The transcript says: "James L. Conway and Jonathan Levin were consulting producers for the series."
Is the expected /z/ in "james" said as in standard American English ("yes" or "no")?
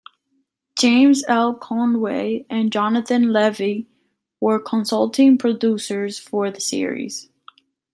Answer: yes